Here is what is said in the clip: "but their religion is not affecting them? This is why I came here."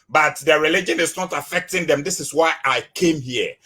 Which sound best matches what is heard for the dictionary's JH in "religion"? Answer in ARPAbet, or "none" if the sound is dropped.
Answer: JH